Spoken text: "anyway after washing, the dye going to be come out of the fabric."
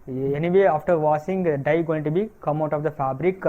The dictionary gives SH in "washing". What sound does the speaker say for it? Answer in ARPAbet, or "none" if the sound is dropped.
S